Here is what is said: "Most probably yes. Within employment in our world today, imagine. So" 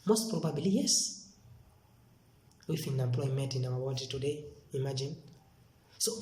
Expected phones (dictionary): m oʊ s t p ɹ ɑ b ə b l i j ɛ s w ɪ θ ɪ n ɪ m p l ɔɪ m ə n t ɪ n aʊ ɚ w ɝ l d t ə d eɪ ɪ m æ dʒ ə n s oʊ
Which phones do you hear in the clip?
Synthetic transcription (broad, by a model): m oʊ s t p ɹ ɑ b ə b l i j ɛ s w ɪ f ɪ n ɪ m p l ɔɪ m ə n t ɪ n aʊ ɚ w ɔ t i t ə d eɪ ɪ m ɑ dʒ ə n s oʊ